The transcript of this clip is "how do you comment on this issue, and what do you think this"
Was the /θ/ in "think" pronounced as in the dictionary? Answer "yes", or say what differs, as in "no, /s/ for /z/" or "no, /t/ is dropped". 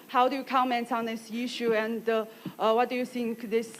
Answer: no, /s/ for /θ/